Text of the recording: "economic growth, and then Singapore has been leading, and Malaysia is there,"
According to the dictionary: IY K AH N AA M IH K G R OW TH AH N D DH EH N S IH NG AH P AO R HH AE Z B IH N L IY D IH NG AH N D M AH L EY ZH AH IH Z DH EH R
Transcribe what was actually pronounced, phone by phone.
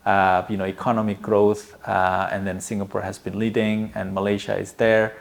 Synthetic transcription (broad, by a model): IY K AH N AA M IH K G R OW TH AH N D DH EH N S IH NG AH P AO R HH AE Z B IH N L IY D IH NG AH N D M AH L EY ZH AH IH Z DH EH R